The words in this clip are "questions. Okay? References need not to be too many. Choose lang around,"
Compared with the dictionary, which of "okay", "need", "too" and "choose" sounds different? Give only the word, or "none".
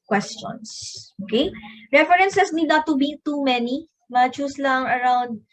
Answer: choose